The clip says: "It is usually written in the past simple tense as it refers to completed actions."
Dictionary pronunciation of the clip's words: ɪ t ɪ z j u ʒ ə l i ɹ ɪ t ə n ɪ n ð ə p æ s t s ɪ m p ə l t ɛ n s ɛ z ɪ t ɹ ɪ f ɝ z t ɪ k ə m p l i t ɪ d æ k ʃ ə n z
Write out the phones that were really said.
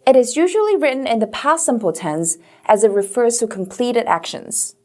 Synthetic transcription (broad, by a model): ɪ t ɪ z j u ʒ ə l i ɹ ɪ t n ɪ n ð ə p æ s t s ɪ m p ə l t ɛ n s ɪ z ɪ t ɹ ɪ f ɝ z t ɪ k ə m p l i t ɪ d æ k ʃ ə n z